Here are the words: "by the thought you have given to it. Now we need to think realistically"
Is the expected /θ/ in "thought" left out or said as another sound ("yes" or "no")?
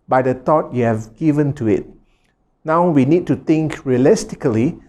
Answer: yes